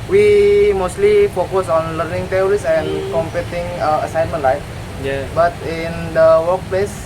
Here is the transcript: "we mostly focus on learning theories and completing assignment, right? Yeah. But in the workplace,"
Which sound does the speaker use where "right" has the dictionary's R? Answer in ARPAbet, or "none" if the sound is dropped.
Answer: L